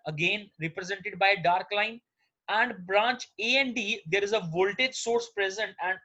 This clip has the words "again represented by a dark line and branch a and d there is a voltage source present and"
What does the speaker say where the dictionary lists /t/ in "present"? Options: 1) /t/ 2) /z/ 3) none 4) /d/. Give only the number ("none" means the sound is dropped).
1